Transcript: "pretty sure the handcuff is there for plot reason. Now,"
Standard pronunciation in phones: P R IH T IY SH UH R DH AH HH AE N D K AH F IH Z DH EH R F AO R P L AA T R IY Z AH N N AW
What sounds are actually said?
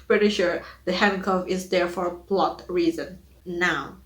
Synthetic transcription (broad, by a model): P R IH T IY SH UH R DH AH HH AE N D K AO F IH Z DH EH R F AO R P L AA T R IY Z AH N N AW